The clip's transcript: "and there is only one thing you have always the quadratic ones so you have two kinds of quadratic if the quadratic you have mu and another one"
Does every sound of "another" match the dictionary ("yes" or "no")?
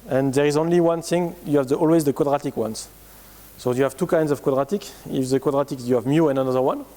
yes